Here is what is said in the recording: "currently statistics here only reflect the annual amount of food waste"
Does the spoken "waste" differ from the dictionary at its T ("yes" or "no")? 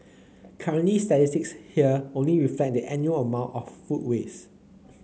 yes